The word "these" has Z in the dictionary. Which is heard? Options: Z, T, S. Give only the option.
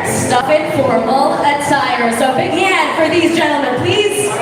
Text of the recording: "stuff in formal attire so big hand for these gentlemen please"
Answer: Z